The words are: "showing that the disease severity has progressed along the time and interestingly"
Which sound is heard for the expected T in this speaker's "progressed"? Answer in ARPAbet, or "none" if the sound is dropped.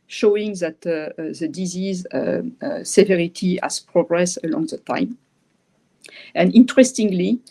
none